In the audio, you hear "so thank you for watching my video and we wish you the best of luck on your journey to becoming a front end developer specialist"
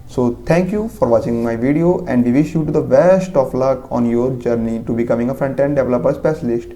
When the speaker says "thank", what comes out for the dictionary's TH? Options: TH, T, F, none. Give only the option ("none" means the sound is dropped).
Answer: T